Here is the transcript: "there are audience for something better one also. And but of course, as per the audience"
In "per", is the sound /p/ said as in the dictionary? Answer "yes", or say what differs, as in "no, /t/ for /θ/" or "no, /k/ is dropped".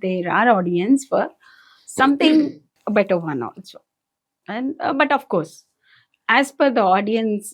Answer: no, /f/ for /p/